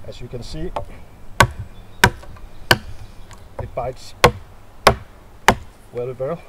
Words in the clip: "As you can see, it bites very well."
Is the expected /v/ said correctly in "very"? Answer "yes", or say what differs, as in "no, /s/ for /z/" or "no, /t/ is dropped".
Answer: no, /w/ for /v/